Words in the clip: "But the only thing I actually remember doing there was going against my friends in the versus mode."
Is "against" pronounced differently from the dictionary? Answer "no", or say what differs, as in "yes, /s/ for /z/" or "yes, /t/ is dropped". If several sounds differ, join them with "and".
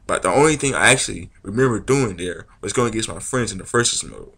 yes, /n/ is dropped